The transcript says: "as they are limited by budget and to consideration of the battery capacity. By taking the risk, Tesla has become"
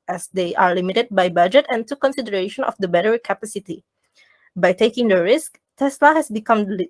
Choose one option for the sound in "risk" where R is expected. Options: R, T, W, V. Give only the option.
R